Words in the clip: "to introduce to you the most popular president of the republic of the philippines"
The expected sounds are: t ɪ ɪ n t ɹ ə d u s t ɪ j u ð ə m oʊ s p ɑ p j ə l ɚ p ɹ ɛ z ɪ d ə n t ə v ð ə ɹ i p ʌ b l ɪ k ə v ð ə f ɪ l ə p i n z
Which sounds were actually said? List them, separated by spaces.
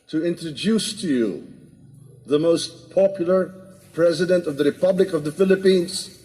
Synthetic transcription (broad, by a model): t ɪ ɪ n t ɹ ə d u s t ɪ j u ð ə m oʊ s p ɑ p j l ɚ p ɹ ɛ z ɪ d ə n t ə v ð ə ɹ i p ʌ b l ɪ k ə v ð ə f ɪ l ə p i n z